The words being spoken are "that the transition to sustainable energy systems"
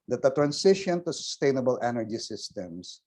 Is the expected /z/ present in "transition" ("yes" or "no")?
no